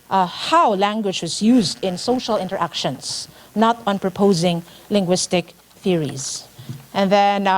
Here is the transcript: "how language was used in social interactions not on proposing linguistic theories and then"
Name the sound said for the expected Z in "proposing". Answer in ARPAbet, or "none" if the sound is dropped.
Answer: Z